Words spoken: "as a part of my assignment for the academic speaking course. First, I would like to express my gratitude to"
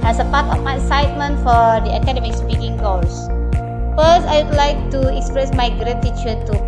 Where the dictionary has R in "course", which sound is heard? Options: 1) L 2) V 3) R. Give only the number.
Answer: 1